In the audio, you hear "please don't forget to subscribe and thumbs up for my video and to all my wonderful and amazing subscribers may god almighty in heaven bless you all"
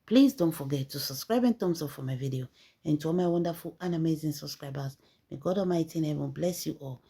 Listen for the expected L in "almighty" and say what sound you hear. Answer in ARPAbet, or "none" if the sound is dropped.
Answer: none